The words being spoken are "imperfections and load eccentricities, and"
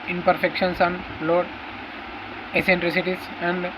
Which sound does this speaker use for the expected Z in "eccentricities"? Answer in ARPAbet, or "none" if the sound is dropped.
S